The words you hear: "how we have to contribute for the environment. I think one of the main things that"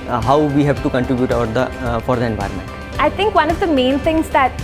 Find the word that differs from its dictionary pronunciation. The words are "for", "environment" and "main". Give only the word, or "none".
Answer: none